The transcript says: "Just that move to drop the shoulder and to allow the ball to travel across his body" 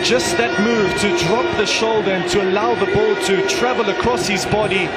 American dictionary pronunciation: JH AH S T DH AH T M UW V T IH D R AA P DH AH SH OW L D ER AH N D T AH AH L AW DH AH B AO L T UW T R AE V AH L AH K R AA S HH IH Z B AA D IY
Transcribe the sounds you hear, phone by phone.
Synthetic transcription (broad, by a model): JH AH S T DH AH T M UW V T IH D R AA P DH AH SH OW L D ER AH N T AH AH L AW DH AH B AO L T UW T R AE V AH L AH K R AA S HH IH Z B AA D IY